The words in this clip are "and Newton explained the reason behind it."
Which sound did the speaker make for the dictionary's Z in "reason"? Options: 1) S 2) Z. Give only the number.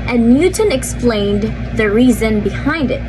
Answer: 2